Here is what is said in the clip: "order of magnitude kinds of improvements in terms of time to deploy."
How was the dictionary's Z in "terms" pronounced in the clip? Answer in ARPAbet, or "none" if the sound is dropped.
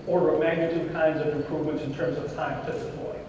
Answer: Z